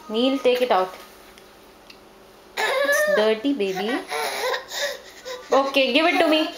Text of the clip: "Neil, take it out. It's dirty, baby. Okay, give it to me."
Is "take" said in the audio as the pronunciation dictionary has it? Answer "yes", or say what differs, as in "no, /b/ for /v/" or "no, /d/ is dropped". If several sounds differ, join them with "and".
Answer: yes